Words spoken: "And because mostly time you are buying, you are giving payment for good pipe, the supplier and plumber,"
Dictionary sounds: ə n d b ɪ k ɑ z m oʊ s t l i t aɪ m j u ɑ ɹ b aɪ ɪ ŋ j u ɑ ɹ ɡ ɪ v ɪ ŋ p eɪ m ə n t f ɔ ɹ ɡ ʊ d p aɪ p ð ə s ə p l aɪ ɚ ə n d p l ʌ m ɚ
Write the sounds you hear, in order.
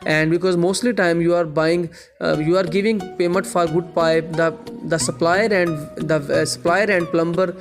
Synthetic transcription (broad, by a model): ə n d b ɪ k ɑ z m oʊ s t l i t aɪ m j u ɑ ɹ b aɪ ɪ ŋ j u ɑ ɹ ɡ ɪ v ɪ ŋ p eɪ m ə n t f ɔ ɹ ɡ ʊ d p aɪ p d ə s ə p l aɪ ɚ ə n d p l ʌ m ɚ